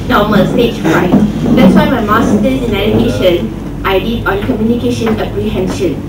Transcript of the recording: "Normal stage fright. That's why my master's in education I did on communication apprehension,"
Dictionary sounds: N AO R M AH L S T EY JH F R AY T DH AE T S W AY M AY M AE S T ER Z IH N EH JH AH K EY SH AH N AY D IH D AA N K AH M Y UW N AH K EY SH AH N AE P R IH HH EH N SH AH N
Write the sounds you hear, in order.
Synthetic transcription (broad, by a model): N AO M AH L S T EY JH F AY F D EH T S W AY M AY M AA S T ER IH N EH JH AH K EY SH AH N AY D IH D AA N K AH M Y UW N AH K EY SH AH N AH P R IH HH EH N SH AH N